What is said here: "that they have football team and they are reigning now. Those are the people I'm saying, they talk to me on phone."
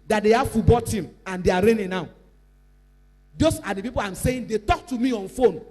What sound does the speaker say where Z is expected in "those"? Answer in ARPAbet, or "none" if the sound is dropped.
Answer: S